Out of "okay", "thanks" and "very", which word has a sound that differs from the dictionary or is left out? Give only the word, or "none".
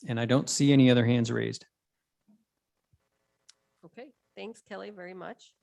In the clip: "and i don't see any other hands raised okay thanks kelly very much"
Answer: none